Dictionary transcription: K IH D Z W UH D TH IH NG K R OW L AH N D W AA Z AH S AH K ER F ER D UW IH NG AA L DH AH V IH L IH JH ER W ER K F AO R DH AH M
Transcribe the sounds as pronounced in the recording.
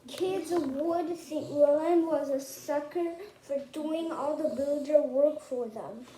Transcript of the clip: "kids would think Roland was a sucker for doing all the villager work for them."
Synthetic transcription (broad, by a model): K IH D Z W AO D S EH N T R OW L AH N W AA Z AH S AH K ER F ER D UW IH NG AA L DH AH B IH L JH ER W ER K F AO R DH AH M